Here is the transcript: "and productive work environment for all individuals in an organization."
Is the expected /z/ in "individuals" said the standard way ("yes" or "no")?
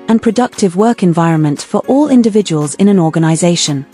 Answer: yes